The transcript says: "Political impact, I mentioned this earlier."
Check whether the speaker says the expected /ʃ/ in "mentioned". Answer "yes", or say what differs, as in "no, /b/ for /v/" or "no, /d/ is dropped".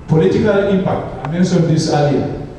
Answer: no, /s/ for /ʃ/